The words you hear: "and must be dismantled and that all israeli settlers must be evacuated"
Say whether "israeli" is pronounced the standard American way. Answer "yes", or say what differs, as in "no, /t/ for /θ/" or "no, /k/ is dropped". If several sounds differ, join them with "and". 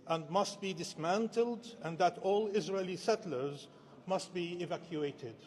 yes